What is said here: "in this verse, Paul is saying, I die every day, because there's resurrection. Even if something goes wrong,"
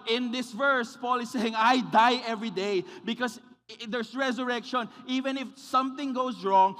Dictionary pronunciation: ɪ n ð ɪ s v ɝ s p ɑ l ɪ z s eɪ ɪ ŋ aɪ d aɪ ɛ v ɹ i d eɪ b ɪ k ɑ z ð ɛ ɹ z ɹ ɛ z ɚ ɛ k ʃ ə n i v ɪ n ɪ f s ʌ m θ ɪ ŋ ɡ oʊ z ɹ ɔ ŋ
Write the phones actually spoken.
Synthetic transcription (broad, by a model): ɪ n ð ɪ s v ɝ s p ɑ l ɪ s eɪ ɪ ŋ aɪ d aɪ ɛ v ɹ i d eɪ b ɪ k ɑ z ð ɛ ɹ s ɹ ɛ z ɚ ɛ k ʃ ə n i v ɪ n ɪ f s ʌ m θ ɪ ŋ ɡ oʊ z ɹ ɔ ŋ